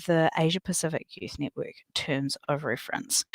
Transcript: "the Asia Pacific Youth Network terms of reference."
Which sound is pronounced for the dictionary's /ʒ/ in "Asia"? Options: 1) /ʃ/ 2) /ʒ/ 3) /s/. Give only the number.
2